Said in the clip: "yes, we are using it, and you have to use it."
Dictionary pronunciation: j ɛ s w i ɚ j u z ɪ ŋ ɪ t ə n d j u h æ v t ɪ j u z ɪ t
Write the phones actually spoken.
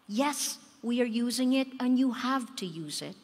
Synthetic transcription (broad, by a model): j ɛ s w i ɚ j u z ɪ ŋ ɪ t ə n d j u h æ v t ɪ j u z ɪ t